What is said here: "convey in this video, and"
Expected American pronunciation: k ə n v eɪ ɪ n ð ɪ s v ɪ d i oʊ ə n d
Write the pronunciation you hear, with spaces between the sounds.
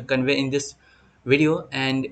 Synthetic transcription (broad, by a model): k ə n v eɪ ɪ n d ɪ s v ɪ d i oʊ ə n d